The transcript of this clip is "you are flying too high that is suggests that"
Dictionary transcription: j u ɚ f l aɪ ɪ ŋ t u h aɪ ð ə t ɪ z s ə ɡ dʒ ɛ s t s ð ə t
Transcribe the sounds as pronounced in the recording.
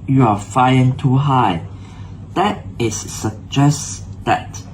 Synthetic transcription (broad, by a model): j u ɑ f aɪ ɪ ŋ t u h aɪ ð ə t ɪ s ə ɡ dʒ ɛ s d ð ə t